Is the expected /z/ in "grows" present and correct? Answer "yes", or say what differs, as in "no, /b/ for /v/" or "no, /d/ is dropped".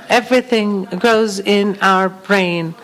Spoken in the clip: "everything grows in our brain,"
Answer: yes